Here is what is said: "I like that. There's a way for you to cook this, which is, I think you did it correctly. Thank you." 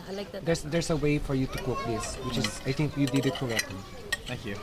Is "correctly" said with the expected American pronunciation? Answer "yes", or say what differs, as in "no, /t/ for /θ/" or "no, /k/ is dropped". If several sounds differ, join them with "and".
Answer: no, /l/ is dropped